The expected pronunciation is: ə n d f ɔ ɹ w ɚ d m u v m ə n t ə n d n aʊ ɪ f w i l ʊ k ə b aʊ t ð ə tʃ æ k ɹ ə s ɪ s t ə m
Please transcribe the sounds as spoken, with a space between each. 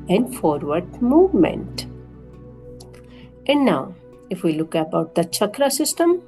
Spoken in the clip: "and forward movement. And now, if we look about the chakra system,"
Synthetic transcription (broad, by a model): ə n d f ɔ ɹ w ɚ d m u v m ə n t ə n d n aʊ ɪ f w i l ʊ k ə b aʊ t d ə tʃ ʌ k ɹ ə s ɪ s t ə m